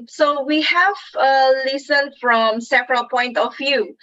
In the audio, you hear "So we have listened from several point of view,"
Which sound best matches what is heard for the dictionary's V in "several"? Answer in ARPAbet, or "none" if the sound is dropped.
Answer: P